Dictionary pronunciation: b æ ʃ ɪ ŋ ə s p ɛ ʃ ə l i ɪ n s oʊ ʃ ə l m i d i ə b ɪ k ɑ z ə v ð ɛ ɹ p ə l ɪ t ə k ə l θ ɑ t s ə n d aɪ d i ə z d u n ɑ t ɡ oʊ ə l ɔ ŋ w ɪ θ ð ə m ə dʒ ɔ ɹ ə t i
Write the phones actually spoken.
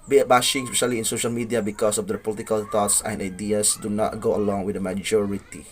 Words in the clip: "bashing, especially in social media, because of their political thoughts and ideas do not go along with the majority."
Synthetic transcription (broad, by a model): b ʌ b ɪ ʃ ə s p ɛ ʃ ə l i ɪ n s oʊ ʃ ə l m i d i ə b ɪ k ɑ s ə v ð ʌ p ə l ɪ t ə k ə l t ɑ t s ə n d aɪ d i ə s d u n ɑ t ɡ oʊ ə l ɔ ŋ w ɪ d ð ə m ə dʒ ɔ ɹ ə t i